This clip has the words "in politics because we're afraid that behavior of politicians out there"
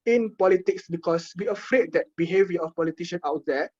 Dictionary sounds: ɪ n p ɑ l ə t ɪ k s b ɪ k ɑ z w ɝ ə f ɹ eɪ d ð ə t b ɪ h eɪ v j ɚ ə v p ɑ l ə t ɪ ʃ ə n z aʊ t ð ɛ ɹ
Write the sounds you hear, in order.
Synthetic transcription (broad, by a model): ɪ n p ɑ l ə t ɪ k s b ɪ k ɑ s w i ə f ɹ eɪ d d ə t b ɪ h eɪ v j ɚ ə f p ɑ l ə t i ʃ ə n aʊ t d ɛ